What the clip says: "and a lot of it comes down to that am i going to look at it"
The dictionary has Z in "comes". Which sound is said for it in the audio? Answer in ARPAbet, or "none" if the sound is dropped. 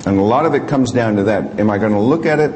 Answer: Z